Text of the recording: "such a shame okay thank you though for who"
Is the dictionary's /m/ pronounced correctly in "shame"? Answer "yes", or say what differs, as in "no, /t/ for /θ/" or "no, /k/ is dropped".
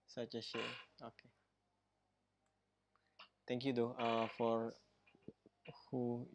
no, /m/ is dropped